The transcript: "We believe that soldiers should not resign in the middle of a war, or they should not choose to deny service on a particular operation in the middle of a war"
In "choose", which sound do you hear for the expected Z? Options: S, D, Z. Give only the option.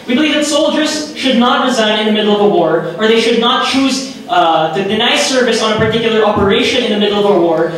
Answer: Z